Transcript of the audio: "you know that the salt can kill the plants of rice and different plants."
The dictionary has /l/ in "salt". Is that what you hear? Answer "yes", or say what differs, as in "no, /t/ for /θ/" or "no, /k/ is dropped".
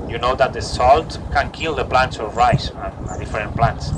yes